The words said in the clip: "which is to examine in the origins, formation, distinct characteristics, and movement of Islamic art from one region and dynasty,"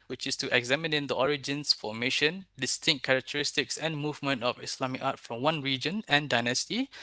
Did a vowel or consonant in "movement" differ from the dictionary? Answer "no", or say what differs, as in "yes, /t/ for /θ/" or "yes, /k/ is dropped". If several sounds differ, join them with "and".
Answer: no